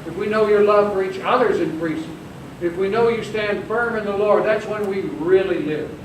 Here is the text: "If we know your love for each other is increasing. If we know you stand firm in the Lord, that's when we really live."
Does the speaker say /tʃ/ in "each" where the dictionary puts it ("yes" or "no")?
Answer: yes